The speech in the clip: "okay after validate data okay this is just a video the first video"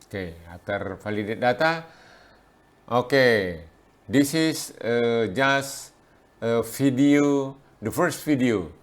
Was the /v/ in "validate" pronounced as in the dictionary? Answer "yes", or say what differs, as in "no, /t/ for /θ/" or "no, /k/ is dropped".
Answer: no, /f/ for /v/